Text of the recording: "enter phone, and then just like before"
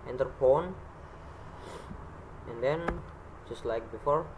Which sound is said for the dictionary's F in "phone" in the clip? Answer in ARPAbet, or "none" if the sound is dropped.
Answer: P